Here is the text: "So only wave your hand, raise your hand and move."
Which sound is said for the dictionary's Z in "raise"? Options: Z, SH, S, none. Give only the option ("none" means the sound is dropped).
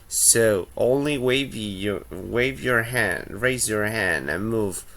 Z